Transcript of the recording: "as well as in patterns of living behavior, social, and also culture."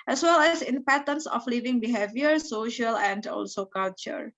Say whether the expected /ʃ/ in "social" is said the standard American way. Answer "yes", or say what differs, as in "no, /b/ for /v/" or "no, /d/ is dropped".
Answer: yes